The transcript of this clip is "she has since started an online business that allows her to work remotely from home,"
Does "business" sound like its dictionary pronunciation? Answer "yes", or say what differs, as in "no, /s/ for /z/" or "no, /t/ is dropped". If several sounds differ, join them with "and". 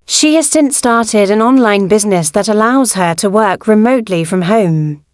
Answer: yes